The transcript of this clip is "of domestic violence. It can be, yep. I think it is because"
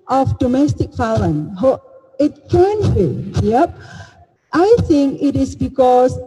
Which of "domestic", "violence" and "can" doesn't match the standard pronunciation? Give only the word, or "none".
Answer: violence